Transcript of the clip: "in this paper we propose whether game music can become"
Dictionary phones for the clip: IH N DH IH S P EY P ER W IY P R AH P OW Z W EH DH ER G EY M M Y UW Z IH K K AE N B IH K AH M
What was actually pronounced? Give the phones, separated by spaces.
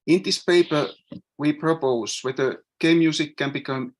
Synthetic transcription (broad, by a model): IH N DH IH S P EY P ER W IY P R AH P OW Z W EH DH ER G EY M M Y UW S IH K K AE N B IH K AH M